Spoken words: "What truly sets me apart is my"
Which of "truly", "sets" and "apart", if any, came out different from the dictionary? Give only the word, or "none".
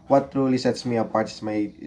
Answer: none